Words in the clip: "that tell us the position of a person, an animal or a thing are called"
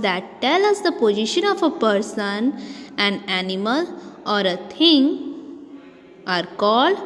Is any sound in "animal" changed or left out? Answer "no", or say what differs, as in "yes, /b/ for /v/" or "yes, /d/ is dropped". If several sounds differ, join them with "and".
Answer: no